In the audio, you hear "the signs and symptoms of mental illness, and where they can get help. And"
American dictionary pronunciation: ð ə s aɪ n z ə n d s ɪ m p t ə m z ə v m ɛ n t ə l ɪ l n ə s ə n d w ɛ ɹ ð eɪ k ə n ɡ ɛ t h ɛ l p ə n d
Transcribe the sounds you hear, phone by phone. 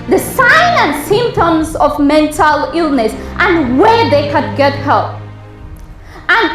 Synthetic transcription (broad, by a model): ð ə s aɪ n ə n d s ɪ m p t ə m z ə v m ɛ n t ə l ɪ l n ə s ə n w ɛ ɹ ð eɪ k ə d ɡ ɛ t h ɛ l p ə n